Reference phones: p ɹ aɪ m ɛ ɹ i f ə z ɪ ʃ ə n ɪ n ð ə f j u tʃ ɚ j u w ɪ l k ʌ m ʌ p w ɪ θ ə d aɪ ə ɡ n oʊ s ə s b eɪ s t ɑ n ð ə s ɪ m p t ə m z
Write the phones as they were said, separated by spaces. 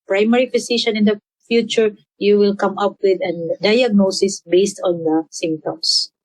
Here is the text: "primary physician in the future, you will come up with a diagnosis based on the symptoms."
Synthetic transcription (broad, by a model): p ɹ aɪ m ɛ ɹ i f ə s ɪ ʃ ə n ɪ n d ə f j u tʃ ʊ j u w ɪ l k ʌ m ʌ p w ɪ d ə d aɪ ə ɡ n oʊ s ə s b eɪ s t ɑ n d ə s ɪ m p t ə m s